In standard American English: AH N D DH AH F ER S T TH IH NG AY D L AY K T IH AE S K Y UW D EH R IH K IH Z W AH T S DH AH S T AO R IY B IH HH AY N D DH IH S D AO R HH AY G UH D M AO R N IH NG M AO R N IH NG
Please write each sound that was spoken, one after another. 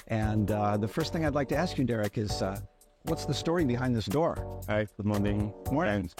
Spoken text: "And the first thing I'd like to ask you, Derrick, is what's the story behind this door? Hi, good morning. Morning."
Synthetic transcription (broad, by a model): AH N DH AH F ER S T TH IH NG AY D L AY K T IH AE S K Y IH D EH R IH K IH Z W AH T S DH AH S T AO R IY B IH HH AY N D DH IH S D AO R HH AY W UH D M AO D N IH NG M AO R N